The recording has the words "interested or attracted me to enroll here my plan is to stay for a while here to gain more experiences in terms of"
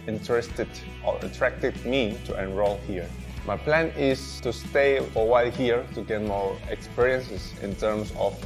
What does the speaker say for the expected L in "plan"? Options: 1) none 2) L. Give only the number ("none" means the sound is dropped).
2